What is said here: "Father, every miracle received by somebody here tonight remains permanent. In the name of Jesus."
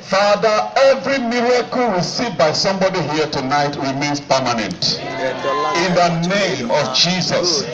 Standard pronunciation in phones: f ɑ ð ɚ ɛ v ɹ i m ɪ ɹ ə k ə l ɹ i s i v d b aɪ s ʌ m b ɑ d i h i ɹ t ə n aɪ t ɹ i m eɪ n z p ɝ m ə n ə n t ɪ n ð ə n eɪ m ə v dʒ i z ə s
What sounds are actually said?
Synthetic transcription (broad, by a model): f ɑ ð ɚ ɛ v ɹ i m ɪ ɹ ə k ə l w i s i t b aɪ s ʌ m b ɑ d i h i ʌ t ə n aɪ t w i m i n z p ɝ m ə n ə n t ɪ n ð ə n eɪ m ə v dʒ i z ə s